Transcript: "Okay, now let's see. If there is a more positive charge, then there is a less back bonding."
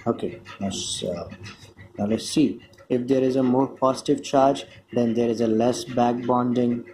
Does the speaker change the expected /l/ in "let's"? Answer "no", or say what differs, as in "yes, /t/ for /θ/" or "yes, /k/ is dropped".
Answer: yes, /n/ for /l/